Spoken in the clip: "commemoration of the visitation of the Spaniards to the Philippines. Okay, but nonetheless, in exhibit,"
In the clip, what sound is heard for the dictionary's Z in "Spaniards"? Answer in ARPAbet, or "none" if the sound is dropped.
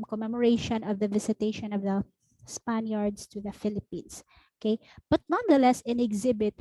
S